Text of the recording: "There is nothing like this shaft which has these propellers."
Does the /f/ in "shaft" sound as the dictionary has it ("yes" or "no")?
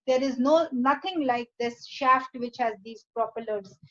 yes